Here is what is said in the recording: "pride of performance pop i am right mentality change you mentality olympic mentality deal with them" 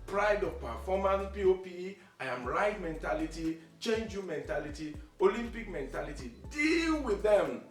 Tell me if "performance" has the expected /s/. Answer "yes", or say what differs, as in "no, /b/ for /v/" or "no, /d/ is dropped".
no, /s/ is dropped